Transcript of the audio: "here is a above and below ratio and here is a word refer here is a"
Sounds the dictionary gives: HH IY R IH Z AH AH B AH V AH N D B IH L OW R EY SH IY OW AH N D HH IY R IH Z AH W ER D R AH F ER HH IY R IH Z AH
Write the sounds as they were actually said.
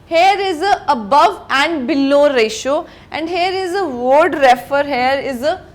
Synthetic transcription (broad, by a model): HH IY R IH Z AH AH B AH V AH N D B IH L OW R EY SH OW AH N D HH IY R IH Z AH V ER D R AH F ER HH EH R IH Z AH